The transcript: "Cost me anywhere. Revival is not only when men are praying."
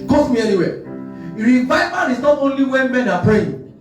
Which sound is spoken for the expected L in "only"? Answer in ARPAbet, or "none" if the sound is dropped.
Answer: L